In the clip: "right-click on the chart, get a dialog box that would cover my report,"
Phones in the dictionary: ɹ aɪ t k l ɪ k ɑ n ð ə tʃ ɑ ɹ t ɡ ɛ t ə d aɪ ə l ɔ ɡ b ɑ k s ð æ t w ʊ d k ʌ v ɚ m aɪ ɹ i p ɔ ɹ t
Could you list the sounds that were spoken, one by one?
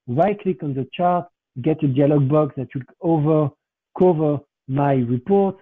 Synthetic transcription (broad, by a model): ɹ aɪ k l ɪ k ɑ n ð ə tʃ ɑ ɹ t ɡ ɛ t ə d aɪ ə l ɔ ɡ b ɑ k s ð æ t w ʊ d k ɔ v ɚ m aɪ ɹ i p ɔ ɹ t